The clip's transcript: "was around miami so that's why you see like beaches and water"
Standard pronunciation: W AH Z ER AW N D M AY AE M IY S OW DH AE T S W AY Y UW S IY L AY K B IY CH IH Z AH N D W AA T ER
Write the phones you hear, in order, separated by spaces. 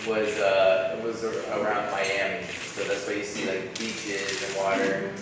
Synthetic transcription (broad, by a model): W AH Z ER AW N D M AY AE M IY S OW DH AE T S W AY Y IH S IY L AY K B IY CH IH Z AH N W AA T ER